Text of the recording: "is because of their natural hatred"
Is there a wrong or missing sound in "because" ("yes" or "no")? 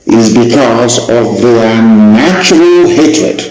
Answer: no